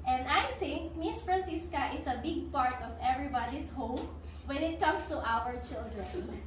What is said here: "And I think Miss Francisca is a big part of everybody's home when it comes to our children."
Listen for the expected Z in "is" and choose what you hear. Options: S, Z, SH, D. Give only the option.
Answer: S